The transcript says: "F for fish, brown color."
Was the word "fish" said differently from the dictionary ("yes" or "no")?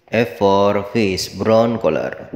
yes